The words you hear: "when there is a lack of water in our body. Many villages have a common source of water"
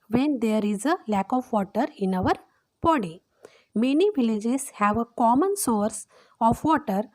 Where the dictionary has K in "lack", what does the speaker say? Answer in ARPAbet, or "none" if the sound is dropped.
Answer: K